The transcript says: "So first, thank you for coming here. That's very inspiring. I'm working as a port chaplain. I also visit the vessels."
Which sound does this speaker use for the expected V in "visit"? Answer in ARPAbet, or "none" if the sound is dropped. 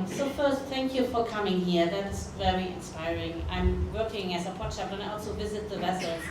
V